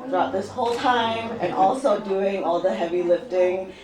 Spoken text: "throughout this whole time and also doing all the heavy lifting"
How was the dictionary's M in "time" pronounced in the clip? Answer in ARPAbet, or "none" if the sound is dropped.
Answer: M